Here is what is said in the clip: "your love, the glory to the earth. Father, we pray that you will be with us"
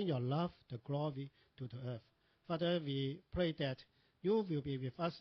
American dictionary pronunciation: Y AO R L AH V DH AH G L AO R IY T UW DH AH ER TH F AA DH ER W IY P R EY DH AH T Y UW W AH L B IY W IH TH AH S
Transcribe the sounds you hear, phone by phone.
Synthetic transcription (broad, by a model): Y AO L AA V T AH G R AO W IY T UW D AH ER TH F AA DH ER W IY P R EY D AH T Y UW W AH L B IY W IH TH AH S